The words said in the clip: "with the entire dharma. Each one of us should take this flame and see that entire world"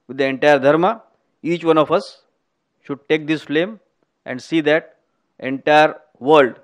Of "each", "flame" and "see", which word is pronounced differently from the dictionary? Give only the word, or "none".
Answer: none